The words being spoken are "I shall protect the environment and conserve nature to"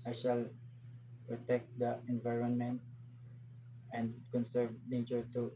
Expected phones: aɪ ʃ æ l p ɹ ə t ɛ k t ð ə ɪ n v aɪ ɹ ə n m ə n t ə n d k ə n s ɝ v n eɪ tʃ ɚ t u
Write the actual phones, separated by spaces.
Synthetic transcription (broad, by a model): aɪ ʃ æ l p ɹ ə t ɛ k t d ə ɪ n v aɪ ɹ ə n m ə n t ə n d k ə n s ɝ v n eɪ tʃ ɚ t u